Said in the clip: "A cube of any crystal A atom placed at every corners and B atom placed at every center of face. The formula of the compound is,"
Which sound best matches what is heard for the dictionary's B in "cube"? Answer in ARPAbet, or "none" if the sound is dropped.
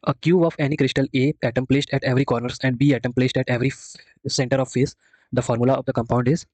none